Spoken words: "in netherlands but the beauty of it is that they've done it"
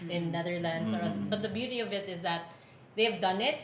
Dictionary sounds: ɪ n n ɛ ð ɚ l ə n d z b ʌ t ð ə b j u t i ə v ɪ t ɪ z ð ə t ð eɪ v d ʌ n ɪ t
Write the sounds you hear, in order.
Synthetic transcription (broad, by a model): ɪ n n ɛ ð ɚ l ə n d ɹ b ʌ t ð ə b j u t i ə v ɪ t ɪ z ð ə t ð eɪ v d ʌ n ɪ t